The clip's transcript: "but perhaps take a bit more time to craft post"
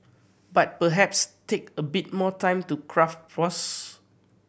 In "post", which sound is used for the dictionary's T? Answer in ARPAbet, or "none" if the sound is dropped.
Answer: none